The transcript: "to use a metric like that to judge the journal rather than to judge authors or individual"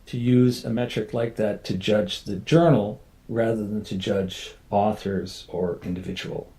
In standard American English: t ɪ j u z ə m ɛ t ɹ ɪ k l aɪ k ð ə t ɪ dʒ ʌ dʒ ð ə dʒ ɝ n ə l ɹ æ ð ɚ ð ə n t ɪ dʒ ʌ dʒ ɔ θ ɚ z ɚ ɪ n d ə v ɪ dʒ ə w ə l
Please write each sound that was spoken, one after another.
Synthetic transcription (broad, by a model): t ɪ j u z ə m ɛ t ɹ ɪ k l aɪ k ð ə t ɪ dʒ ʌ dʒ ð ə dʒ ɝ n l ɹ æ ð ɚ ð ə n t ɪ dʒ ʌ dʒ ɔ θ ɚ z ɚ ɪ n d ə v ɪ dʒ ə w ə l